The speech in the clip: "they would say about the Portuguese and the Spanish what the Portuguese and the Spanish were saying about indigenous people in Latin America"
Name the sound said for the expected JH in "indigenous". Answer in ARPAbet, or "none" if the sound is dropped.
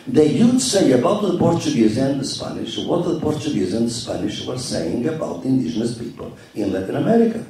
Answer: ZH